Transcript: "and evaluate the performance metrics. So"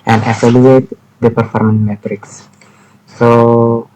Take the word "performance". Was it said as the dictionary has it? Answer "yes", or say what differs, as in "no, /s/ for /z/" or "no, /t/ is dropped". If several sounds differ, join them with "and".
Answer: no, /s/ is dropped